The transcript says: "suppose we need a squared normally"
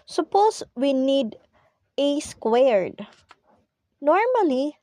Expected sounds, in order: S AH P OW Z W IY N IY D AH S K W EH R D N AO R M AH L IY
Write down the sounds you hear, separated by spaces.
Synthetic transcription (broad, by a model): S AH P OW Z W IY N IY D AH S K W EH R D N AO R M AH L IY